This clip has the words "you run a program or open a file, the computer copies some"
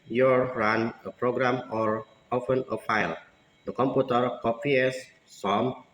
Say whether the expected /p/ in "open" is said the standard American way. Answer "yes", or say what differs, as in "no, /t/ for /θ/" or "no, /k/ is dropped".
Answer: no, /f/ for /p/